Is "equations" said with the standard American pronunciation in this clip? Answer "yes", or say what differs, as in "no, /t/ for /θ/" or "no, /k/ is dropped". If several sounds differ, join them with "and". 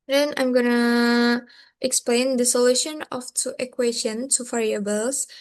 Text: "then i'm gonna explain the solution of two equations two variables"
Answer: no, /z/ is dropped